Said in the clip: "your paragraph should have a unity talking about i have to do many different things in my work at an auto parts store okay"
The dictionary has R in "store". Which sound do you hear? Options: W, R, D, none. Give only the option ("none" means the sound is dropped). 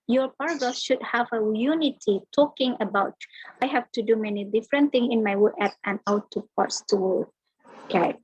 W